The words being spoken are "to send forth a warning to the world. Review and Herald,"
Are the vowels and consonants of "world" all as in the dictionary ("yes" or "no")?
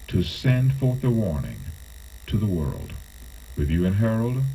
yes